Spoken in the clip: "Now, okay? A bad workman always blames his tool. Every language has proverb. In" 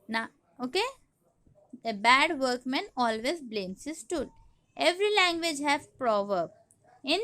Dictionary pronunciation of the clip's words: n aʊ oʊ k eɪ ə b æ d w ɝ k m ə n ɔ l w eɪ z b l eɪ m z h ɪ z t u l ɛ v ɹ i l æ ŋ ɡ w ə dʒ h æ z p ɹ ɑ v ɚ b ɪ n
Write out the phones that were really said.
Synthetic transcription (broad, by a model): n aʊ oʊ k eɪ ə b æ d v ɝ k m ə n ɔ l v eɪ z b l eɪ m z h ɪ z t u l ɛ v ɹ i l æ ŋ ɡ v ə dʒ h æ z p ɹ ɑ v ɚ b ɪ n